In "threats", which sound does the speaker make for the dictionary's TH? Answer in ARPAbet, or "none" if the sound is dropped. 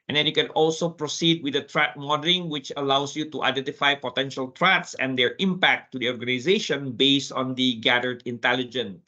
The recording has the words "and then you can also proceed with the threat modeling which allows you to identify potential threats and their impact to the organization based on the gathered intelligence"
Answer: T